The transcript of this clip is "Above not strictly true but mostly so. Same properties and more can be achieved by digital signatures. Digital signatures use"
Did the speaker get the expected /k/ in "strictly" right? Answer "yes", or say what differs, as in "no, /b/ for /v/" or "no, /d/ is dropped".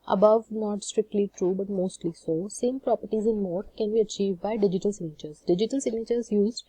yes